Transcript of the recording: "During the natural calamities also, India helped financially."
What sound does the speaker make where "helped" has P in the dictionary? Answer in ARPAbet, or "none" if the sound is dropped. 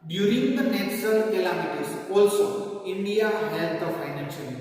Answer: none